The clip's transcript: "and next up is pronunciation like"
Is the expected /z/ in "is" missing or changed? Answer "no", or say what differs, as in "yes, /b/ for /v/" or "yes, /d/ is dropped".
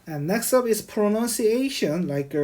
yes, /s/ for /z/